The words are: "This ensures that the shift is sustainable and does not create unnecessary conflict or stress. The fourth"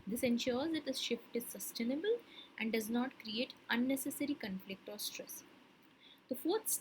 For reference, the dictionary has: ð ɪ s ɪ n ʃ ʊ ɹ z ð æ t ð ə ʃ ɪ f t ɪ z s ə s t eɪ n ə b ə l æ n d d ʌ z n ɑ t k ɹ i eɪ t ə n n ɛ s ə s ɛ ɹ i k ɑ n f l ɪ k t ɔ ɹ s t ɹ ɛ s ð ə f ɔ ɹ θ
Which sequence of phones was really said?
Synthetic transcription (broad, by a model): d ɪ s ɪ n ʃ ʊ ɹ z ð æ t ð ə ʃ ɪ f t ɪ z s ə s t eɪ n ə b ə l æ n d d ʌ z n ɑ t k ɹ i eɪ t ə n n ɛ s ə s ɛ ɹ i k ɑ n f l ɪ k t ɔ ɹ s t ɹ ɛ s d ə f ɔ ɹ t